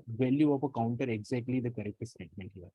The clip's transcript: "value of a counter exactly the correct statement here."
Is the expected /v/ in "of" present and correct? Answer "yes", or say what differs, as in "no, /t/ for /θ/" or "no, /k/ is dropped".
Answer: no, /p/ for /v/